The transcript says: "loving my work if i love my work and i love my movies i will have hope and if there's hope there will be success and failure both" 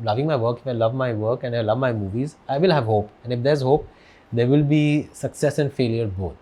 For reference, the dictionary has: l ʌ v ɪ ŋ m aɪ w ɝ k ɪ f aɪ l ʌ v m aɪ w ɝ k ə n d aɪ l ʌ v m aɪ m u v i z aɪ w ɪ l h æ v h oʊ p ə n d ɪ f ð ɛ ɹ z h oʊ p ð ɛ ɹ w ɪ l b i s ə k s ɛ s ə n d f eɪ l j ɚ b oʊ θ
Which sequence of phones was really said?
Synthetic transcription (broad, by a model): l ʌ v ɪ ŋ m aɪ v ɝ k ɪ f aɪ l ʌ v m aɪ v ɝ k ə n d aɪ l ʌ v m aɪ m u v i z aɪ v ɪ l h æ v h oʊ p ə n d ɪ f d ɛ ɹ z h oʊ p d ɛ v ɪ l b i s ə k s ɛ s ə n d f eɪ l j ɚ b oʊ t